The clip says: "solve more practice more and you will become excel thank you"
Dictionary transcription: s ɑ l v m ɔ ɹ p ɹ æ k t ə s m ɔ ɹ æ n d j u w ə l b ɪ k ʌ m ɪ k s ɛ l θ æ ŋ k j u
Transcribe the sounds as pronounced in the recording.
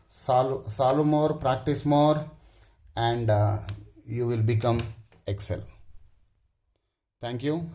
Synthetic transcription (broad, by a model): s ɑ l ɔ m ɔ ɹ p ɹ æ k t ə s m ɔ ɹ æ n d j u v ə l b ɪ k ʌ m ɪ k s ɛ l t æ ŋ k j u